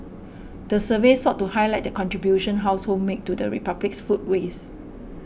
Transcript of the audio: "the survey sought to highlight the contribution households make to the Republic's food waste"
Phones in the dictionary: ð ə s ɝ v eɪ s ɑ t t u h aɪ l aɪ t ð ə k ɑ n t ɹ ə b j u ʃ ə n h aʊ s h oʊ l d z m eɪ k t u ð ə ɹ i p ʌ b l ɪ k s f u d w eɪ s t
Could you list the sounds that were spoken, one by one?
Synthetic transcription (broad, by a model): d ə s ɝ v eɪ s ɑ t t u h aɪ l aɪ t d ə k ɑ n t ɹ ə b j u ʃ ə n h aʊ s h oʊ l m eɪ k t u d ə ɹ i p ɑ b l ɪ k s f u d w eɪ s